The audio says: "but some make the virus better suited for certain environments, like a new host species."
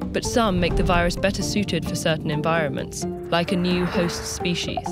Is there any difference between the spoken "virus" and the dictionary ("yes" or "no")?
no